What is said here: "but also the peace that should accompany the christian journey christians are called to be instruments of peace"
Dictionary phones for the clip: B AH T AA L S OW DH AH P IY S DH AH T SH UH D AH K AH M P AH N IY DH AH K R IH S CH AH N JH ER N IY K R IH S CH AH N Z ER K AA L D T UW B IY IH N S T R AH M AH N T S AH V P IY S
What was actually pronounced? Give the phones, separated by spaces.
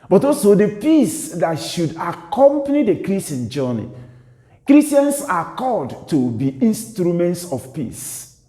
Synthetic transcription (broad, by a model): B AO T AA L S OW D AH P IY S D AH T SH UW D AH K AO M P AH N IY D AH K R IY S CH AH N JH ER N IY K R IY S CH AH N S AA K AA D T UW B IY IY N S T R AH M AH N T S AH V P IY S